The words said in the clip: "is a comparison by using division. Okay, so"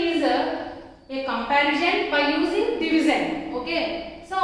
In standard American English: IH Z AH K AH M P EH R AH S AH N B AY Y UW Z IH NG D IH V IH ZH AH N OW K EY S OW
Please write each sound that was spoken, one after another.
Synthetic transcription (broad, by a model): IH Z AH K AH M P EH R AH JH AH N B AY Y UW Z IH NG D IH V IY Z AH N OW K EY S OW